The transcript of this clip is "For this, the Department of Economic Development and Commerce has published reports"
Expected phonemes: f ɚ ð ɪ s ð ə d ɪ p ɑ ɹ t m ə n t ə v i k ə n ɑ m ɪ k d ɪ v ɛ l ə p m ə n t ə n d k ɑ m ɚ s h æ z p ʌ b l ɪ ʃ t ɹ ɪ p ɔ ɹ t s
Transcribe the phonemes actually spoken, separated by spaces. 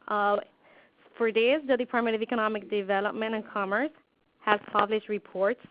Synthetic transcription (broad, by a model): f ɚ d ɪ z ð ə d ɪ p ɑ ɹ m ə t ə v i k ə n ɑ m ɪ k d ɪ v ɛ l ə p m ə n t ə n k ɑ m ɚ s h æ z p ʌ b l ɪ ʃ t ɹ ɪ p ɔ ɹ t s